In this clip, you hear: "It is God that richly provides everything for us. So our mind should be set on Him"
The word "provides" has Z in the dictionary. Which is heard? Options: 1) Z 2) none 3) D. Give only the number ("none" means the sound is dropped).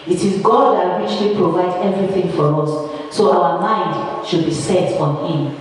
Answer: 2